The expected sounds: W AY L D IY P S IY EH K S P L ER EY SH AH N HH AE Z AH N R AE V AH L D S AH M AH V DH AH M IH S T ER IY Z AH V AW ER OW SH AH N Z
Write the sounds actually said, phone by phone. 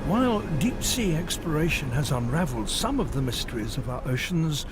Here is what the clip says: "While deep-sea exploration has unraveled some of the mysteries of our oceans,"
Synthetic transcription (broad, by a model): W AY L D IY P S IY EH K S P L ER EY SH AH N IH Z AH N R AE V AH L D S AH M AH V DH AH M IH S T ER IY Z AH V AW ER OW SH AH N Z